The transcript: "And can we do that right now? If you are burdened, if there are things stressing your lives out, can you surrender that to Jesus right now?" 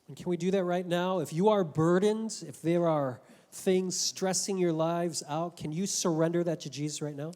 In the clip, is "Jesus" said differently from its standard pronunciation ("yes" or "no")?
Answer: no